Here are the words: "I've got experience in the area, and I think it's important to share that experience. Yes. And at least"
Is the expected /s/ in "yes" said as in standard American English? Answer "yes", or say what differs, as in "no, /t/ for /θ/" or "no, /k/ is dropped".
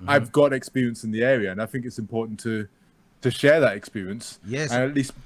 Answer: no, /s/ is dropped